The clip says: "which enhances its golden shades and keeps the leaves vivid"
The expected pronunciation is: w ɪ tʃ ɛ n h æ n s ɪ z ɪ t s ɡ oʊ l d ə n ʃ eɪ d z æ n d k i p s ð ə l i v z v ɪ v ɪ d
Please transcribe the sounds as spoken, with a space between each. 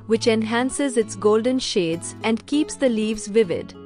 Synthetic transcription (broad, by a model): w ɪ tʃ ɛ n h æ n s ɪ z ɪ t s ɡ oʊ l d ə n ʃ eɪ d z æ n d k i p s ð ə l i v z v ɪ v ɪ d